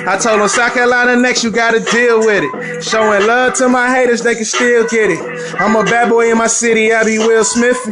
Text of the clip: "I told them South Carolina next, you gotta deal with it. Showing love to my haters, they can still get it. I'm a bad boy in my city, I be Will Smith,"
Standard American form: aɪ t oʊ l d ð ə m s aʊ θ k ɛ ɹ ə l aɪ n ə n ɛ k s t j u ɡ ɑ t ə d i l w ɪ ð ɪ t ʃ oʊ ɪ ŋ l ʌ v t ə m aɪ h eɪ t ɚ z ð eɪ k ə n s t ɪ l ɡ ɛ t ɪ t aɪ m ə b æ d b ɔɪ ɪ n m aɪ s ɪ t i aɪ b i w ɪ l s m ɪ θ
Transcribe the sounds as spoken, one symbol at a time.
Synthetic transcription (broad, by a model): aɪ t oʊ l d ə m s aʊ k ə l aɪ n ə n ɛ k s t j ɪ ɡ ɑ t ə d i l w ɪ ð ɪ t ʃ oʊ ɪ ŋ l ʌ v t ə m aɪ h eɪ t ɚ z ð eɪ k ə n s t ɪ l ɡ ɛ t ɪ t aɪ m ə b æ d b ɔɪ ɪ n m aɪ s ɪ t i aɪ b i w ɪ l s m ɪ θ